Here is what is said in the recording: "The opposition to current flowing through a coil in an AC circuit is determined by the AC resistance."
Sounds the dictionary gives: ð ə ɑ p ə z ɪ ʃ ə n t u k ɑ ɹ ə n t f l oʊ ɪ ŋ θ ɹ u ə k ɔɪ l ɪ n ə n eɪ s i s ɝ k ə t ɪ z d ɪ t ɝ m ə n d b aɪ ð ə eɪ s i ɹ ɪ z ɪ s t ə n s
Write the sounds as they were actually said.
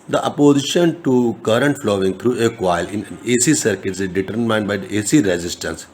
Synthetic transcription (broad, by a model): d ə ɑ p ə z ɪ ʃ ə n t u k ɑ ɹ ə n t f l oʊ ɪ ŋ t ɹ u ə k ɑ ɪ l ə n eɪ s i s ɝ k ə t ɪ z d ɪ t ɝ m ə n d b aɪ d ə eɪ s i ɹ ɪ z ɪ s t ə n s